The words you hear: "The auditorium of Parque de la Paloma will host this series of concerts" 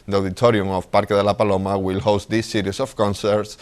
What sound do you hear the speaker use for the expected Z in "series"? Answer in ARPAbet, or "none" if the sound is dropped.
S